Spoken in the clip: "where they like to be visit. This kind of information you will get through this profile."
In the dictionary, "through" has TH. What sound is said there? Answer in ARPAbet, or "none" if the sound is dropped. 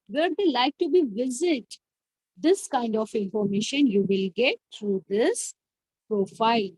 T